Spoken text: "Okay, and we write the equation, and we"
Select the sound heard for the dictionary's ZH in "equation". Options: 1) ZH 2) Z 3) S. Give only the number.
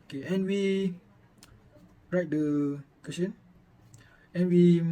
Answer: 3